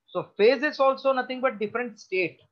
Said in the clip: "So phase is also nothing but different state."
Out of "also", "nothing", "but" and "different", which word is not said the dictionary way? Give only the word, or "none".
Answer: nothing